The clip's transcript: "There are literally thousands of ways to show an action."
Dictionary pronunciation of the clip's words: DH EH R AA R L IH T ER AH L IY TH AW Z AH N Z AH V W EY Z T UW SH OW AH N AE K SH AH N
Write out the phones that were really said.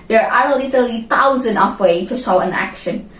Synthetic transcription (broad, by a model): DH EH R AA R L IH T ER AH L IY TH AW Z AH N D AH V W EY T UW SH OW AH N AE K SH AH N